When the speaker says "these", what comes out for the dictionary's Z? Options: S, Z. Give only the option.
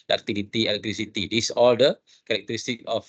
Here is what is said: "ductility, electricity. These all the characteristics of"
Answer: S